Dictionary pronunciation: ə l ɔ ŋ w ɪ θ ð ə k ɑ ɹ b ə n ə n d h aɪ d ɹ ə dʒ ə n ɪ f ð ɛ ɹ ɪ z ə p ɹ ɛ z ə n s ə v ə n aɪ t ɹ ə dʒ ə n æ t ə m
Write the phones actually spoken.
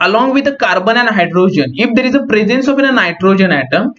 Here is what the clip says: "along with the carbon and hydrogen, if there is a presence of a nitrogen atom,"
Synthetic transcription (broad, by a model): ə l ɔ ŋ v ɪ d ə k ɑ ɹ b ə n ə n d h aɪ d ɹ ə dʒ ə n ɪ f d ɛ ɹ ɪ z ə p ɹ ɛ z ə n s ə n ə n aɪ t ɹ ə dʒ ə n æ t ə m